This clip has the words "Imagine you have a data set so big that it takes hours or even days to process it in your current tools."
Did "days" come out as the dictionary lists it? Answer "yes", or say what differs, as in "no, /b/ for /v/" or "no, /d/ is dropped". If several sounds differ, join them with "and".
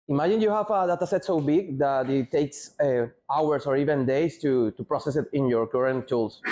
no, /s/ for /z/